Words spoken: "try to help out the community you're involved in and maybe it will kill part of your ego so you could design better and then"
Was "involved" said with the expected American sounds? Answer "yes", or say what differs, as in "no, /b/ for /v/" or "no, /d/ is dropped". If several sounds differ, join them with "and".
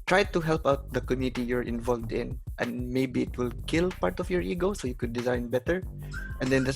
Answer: yes